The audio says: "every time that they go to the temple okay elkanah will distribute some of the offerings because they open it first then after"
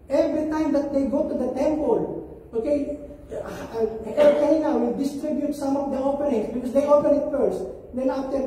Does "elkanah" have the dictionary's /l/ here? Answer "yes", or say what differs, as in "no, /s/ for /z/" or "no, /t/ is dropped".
no, /l/ is dropped